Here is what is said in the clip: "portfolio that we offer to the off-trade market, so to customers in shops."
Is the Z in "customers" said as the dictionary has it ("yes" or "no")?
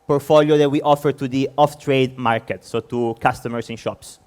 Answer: no